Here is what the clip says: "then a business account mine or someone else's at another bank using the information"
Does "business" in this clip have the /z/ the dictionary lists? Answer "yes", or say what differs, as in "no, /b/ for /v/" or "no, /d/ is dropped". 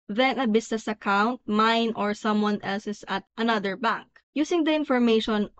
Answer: no, /s/ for /z/